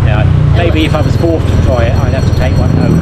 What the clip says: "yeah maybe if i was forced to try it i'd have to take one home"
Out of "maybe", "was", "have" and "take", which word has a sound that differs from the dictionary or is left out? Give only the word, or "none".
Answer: have